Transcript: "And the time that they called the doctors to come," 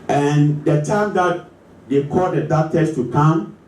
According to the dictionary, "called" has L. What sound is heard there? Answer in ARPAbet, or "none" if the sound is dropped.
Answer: none